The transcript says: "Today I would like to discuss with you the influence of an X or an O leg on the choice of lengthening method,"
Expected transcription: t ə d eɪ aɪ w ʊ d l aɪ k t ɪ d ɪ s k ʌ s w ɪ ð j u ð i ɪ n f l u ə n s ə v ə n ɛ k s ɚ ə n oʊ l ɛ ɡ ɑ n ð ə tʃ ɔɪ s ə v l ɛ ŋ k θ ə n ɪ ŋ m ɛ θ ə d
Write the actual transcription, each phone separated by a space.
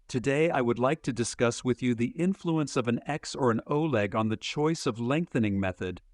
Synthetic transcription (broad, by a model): t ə d eɪ aɪ w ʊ d l aɪ k t ɪ d ɪ s k ʌ s w ɪ ð j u ð i ɪ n f l u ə n s ə v ə n ɛ k s ɚ ə n oʊ l ɛ ɡ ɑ n ð ə tʃ ɔɪ s ə v l ɛ ŋ k θ ə n ɪ ŋ m ɛ θ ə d